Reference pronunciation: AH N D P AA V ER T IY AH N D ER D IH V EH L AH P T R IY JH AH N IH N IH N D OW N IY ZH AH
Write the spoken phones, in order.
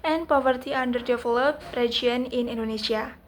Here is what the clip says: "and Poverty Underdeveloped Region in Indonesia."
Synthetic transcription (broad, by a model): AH N P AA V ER T IY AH N D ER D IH F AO L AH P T R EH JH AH N IH N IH N D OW N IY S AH